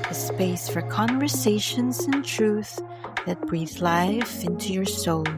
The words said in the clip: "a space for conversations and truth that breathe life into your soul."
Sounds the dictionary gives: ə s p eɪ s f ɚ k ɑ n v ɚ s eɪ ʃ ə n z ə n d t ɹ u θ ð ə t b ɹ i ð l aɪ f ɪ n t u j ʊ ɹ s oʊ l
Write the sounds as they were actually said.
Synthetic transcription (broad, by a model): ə s p eɪ s f ɚ k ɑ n v ɚ s eɪ ʃ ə n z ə n t ɹ u θ ð ə t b ɹ i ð l aɪ f ɪ n t u j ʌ ɹ s oʊ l